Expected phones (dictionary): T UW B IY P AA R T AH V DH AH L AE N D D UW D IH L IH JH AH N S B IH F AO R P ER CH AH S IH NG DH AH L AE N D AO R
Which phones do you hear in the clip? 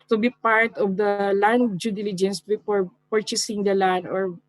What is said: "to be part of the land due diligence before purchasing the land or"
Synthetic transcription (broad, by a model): T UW B IY P AA R T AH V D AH L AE N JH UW D IH L IH JH AH N S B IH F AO R P ER CH AH S IH NG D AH L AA N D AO R